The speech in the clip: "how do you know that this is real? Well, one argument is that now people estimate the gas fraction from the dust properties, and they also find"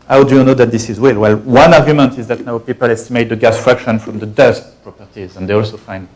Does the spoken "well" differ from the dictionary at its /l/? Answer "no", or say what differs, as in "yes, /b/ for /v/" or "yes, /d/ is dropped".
no